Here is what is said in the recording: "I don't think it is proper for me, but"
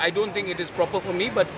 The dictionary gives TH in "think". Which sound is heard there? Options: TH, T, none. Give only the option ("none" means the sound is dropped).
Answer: T